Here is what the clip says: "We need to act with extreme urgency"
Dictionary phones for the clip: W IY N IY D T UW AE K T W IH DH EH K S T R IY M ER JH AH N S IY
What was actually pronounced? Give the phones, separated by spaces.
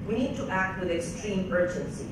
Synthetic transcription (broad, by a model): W IY N IY D T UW AE K T W IH DH EH K S T R IY M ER JH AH N S IY